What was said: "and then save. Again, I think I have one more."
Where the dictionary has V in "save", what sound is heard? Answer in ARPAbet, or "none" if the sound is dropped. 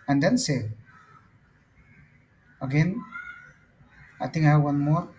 none